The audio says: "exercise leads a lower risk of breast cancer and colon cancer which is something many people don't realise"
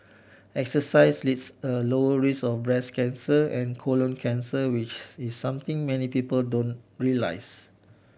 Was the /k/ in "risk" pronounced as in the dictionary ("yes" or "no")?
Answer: no